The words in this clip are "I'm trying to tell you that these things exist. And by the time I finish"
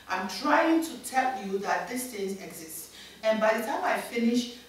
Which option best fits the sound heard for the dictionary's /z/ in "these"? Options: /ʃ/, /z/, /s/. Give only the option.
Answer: /s/